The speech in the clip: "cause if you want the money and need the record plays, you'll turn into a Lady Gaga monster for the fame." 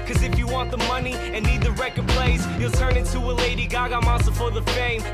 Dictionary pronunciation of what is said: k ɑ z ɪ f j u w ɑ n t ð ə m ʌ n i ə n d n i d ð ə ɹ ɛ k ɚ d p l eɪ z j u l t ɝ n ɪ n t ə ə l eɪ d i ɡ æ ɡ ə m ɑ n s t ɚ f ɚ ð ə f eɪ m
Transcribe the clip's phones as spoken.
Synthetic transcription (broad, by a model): k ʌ z ɪ f j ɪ w ɑ n ð ə m ʌ n i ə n n i d ð ə ɹ ɛ k ɚ d p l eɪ s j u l t ɝ n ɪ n t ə ə l eɪ d i ɡ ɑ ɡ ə m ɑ s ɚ f ɚ ð ə f eɪ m